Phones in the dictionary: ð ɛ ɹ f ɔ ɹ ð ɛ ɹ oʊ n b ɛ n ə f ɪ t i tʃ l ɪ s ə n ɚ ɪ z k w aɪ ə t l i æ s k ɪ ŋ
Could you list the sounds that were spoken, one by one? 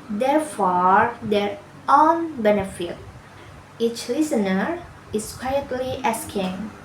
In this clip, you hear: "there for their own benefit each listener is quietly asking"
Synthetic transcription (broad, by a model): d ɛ ɹ f ɔ ɹ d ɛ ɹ oʊ n b ɛ n ə f ɪ t i tʃ l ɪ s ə n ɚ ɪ s k w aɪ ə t l i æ s k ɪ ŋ